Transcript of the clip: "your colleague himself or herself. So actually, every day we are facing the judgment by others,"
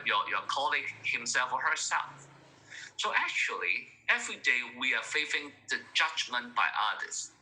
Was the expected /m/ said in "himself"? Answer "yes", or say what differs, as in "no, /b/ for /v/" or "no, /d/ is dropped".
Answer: yes